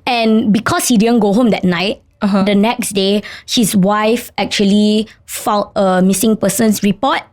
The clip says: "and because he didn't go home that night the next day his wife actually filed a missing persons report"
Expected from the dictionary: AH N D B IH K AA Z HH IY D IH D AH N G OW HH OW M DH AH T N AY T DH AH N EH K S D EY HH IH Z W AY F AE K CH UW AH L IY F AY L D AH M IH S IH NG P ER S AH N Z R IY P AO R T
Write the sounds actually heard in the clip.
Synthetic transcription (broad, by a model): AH N B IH K AA S HH IY D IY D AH N G OW HH OW M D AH T N AY T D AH N EH K S D EY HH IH S W AY F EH K CH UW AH L IY F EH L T AH M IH S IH NG P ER S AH N S R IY P AO T